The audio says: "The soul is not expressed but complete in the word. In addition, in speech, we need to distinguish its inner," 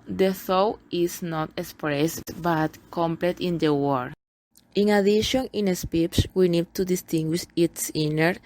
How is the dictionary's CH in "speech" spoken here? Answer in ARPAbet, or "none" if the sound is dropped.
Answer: S